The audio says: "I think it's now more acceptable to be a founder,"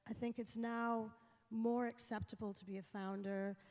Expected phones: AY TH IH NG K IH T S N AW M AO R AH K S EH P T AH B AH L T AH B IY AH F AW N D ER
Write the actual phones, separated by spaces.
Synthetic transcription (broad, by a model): AY TH IH NG K IH T S N AW M AO R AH K S EH P T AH B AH L T AH B IY AH F AW N D ER